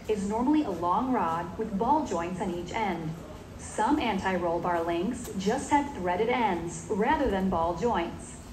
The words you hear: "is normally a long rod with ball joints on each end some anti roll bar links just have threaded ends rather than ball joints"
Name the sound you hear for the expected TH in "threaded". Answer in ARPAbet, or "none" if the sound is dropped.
TH